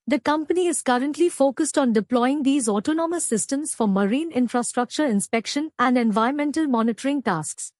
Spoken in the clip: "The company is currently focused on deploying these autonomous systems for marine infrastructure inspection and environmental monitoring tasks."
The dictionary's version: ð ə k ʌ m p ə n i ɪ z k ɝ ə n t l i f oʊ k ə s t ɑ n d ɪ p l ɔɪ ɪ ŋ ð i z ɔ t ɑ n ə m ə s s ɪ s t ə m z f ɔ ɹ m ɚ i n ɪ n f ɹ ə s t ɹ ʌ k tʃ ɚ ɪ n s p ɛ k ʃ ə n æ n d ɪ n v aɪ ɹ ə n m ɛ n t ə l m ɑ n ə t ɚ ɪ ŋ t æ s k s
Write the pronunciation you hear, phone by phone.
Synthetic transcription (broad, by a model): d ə k ʌ m p ə n i ɪ z k ɝ ə n t l i f oʊ k ə s t ɑ n d ɪ p l ɔɪ ɪ ŋ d i z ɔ t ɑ n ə m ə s s ɪ s t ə m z f ɔ ɹ m ɚ i n ɪ n f ɹ ə s t ɹ ʌ k tʃ ɚ ɪ n s p ɛ k ʃ ə n æ n d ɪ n v aɪ ə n m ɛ n t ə l m ɑ n ə t ɚ ɪ ŋ t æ s k s